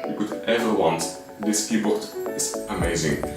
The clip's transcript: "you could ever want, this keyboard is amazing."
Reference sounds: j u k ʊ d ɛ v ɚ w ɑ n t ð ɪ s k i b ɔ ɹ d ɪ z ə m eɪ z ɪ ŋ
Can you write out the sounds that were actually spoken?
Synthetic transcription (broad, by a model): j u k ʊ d ɛ v ɚ w ɑ n t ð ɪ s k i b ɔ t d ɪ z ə m eɪ z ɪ ŋ